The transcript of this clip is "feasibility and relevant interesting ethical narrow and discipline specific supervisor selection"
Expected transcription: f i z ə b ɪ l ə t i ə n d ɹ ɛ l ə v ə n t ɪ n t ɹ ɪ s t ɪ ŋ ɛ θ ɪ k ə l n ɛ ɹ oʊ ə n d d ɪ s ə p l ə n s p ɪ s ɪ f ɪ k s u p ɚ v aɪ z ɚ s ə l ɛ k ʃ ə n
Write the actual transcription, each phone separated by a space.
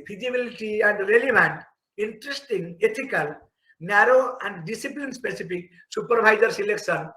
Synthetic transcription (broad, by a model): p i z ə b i l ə t i ə n d ɹ ɛ l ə b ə n t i n t ɹ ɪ s t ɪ ŋ ɛ t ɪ k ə l n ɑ ɹ oʊ ə n d d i s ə p l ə n s p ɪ s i p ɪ k s u p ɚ b aɪ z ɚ s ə l ɛ k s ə n